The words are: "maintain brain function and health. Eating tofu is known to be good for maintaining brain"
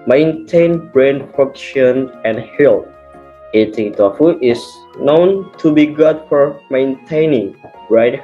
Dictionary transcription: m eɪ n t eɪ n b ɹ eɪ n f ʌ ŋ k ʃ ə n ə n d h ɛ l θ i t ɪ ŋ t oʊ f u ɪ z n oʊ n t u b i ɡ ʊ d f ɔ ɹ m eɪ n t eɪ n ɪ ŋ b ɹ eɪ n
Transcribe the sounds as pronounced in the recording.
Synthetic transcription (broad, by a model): m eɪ n t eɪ n b ɹ eɪ n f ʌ k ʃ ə n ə n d h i l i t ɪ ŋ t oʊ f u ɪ s n oʊ n t u b i ɡ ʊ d f ɔ ɹ m eɪ n t eɪ n ɪ ŋ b ɹ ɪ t